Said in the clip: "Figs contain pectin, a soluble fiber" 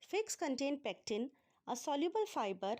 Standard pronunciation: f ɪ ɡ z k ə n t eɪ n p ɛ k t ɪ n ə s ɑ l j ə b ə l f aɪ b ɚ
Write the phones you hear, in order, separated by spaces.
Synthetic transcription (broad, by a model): f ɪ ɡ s k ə n t eɪ n p ɛ k t ɪ n ə s ɑ l j ə b ə l f aɪ b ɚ